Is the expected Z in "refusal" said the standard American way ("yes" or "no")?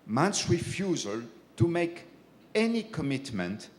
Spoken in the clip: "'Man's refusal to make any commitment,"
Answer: yes